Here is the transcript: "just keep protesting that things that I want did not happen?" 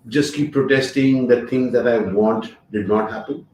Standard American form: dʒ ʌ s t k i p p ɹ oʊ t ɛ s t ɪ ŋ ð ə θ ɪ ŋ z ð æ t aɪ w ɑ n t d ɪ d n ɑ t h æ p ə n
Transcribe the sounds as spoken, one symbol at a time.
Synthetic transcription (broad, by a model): dʒ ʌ s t k i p p ɹ oʊ t ɛ s t ɪ ŋ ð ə t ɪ ŋ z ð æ t aɪ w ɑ n t d ɪ d n ɑ t h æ p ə n